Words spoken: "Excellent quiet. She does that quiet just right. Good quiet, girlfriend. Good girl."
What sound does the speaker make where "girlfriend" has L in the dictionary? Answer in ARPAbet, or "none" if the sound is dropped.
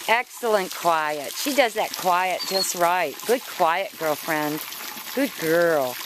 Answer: L